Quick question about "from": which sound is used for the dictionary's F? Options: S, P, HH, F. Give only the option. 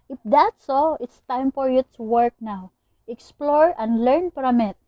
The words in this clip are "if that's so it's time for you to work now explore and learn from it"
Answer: P